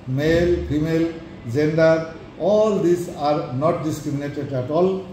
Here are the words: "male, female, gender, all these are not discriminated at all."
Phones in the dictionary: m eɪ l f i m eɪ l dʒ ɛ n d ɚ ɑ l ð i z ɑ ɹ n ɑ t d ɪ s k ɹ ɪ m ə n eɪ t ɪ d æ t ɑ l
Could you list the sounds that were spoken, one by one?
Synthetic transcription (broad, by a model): m eɪ l p i m eɪ l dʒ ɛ n d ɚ ɑ l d i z ɑ ɹ n ɑ t d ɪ s k ɹ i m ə n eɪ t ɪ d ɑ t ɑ l